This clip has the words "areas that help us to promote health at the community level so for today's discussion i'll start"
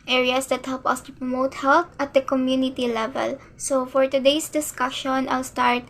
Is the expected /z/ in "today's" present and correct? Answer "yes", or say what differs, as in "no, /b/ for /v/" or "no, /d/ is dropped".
no, /s/ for /z/